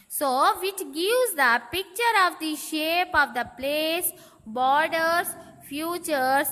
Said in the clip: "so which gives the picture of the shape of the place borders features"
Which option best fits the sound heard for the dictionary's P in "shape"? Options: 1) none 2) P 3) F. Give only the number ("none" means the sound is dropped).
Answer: 2